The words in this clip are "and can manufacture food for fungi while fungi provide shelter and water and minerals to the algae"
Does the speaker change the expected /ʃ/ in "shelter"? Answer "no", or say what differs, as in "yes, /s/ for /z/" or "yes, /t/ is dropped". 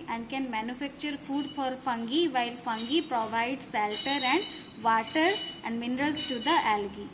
yes, /s/ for /ʃ/